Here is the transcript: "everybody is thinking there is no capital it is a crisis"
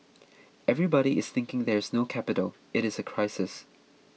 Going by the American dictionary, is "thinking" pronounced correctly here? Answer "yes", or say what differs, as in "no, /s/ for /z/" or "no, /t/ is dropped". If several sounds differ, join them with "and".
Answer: yes